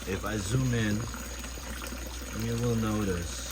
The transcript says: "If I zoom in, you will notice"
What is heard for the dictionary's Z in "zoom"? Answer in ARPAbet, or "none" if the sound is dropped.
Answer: Z